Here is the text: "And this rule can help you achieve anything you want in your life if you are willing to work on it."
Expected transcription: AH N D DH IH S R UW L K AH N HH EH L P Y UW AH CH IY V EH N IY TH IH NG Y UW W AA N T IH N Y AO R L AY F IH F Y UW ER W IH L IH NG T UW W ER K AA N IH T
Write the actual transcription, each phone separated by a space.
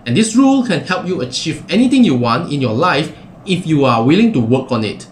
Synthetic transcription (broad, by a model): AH N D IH S R UW L K AH N HH EH L P Y UW AH CH IY V EH N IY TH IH NG Y UW W AA N T IH N Y AO L AY F IH F Y UW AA W IH L IH NG T UW W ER K AA N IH T